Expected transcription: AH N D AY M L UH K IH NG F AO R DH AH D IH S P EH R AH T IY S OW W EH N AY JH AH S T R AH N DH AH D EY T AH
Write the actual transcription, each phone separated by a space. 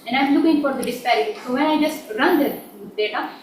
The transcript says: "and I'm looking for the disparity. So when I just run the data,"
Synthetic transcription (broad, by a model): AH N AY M L UH K IH NG F AO R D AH D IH S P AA AH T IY S OW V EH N AY JH AH S T R AH N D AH D EY T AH